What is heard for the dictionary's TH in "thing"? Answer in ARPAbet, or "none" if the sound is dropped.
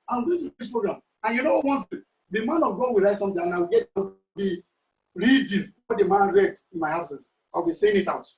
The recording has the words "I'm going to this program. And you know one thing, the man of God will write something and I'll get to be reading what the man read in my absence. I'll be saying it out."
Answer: T